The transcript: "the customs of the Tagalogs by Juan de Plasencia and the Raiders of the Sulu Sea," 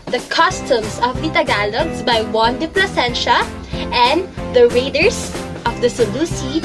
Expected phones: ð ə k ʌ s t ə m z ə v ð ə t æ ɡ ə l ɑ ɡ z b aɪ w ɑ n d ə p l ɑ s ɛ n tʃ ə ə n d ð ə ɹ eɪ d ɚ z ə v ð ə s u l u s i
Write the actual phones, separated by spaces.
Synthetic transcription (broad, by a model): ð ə k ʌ s t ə m s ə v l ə t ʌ ɡ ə l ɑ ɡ s b aɪ w ɑ n d ə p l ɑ s ɛ n ʃ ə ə n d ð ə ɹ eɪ d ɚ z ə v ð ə s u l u s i